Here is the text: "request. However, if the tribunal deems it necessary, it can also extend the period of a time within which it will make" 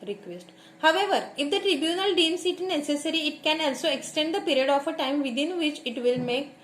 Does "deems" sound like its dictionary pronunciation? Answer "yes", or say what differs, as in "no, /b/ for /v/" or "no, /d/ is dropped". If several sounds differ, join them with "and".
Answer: no, /s/ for /z/